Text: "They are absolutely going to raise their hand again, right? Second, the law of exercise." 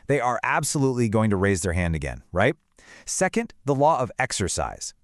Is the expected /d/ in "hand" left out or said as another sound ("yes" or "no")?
no